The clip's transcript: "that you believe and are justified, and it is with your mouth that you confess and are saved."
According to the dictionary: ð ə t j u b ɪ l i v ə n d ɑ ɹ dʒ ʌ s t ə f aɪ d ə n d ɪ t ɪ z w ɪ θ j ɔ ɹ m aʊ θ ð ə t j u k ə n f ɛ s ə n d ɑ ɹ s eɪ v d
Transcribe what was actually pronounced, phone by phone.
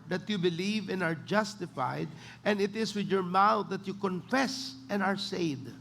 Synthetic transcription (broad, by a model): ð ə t j u b ɪ l i v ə n ɑ ɹ dʒ ʌ s t ə f aɪ d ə n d ɪ t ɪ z w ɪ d j ɔ ɹ m aʊ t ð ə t j u k ə n f ɛ s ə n ɑ ɹ s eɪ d